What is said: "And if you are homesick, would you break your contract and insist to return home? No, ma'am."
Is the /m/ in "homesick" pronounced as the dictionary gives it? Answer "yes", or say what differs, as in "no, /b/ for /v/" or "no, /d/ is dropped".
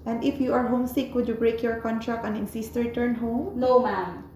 yes